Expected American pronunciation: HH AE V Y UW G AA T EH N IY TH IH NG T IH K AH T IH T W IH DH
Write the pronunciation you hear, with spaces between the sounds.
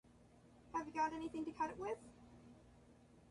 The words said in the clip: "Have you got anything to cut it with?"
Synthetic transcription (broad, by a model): HH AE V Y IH G AA T EH N IY TH IH NG T IH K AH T IH T W IH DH